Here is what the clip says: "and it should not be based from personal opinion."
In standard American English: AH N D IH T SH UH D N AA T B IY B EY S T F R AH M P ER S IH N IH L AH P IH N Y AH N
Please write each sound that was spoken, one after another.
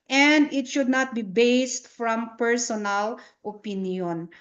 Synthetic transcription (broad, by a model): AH N D IH T SH UH D N AA T B IY B EY S T F R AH M P ER S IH N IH L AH P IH N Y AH N